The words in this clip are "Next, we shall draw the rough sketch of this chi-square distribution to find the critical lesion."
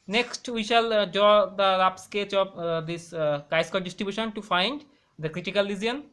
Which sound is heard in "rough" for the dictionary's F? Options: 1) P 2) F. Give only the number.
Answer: 1